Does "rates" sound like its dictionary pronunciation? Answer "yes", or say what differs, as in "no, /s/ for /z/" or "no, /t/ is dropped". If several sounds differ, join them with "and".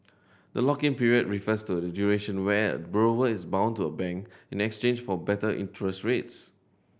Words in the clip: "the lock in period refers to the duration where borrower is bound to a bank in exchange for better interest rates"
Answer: yes